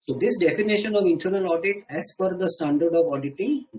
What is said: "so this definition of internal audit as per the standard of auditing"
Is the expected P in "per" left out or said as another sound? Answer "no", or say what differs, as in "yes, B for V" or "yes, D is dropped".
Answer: yes, F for P